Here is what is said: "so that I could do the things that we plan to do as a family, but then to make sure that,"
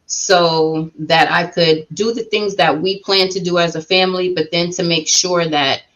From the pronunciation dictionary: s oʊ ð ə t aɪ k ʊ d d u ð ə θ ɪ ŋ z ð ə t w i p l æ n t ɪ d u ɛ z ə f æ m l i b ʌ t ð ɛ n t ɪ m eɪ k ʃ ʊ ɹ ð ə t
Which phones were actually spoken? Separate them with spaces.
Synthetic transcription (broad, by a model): s oʊ ð ə t aɪ k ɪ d d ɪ ð ə θ ɪ ŋ z ð ə t w i p l æ n t ɪ d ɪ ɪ z ə f æ m l i b ʌ t ð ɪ n t ɪ m eɪ k ʃ ʊ ɹ ð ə t